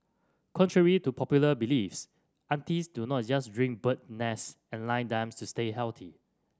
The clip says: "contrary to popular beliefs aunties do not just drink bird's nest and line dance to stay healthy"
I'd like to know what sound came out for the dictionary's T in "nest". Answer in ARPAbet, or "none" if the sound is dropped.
none